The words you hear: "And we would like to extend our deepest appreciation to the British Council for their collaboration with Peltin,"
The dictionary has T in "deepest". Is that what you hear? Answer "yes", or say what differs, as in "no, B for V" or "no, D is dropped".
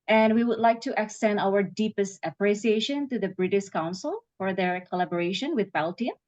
yes